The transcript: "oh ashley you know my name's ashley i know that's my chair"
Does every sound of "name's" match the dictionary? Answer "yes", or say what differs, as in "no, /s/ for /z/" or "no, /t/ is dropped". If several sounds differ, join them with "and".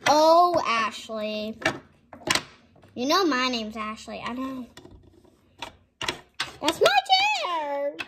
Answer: yes